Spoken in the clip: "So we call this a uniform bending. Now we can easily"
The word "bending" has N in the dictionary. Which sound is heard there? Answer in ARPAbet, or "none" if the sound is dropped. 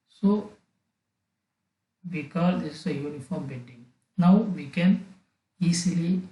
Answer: none